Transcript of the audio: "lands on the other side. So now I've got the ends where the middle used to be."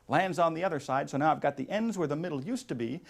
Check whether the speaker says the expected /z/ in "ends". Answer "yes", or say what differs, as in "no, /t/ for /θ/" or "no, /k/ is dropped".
yes